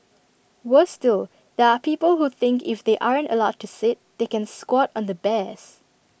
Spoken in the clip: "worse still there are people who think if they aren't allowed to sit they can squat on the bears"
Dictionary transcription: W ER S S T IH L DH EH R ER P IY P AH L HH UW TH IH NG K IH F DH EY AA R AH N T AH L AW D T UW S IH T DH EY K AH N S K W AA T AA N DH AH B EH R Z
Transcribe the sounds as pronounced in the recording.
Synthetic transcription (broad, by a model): W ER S S T IH L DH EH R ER P IY P AH L HH UW TH IH NG K IH F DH EY AA R AH N T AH L AW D T UW S IH T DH EY K AH N S K W AA T AA N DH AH B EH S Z